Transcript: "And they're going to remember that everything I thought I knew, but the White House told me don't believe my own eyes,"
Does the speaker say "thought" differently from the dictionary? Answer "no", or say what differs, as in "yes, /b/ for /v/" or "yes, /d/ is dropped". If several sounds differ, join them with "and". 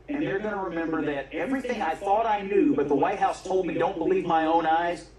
no